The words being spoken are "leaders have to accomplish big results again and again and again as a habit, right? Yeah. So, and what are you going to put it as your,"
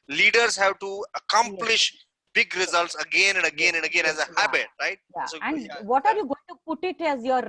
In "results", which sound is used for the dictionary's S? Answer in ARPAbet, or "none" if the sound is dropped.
S